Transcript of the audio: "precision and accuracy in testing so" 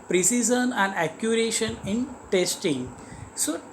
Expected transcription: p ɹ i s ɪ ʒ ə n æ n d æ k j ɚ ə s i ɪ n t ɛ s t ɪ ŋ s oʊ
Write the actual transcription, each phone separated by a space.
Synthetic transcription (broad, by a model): p ɹ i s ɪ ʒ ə n æ n d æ k j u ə ʃ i ɪ n t ɛ s t ɪ ŋ s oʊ